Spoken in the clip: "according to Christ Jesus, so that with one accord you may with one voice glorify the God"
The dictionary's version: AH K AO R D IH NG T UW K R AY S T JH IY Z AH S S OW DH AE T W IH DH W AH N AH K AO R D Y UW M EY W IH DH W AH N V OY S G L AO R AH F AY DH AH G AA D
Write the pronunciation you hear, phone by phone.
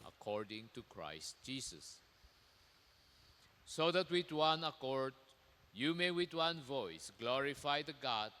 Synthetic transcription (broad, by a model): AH K AO R D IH NG T UW K R AY S T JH IY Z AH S S OW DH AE T W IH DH W AH N AH K AO R D Y UW M EY W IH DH W AH N V OY S G L AO R AH F AY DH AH G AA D